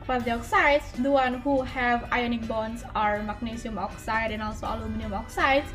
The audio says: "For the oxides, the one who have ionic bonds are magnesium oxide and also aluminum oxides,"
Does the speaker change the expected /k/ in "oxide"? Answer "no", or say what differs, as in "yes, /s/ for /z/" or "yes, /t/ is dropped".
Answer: no